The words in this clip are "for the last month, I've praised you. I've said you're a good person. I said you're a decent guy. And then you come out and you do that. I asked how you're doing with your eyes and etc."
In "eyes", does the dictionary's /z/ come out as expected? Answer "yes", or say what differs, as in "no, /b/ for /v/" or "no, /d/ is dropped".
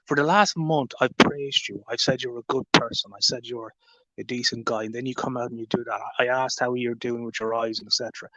yes